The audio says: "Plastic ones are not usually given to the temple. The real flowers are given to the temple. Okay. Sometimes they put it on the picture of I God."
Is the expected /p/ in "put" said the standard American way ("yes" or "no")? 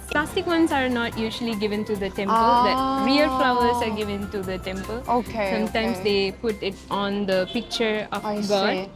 yes